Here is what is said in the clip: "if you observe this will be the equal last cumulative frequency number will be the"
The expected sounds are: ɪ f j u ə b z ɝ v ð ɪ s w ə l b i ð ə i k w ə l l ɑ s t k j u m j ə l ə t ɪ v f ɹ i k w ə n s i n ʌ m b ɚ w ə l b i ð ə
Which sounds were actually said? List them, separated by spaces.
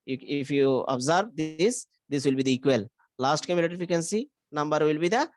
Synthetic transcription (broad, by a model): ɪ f j u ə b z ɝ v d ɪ s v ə l b i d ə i k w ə l l ɑ s t k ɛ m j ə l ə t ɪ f i k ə n s i n ʌ m b ɚ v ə l b i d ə